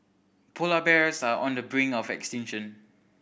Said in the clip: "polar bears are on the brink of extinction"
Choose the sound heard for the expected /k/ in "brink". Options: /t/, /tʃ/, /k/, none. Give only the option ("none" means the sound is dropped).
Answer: none